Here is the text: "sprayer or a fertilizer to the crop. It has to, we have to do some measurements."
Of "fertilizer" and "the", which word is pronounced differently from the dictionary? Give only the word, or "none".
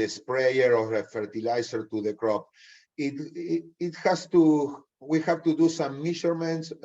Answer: fertilizer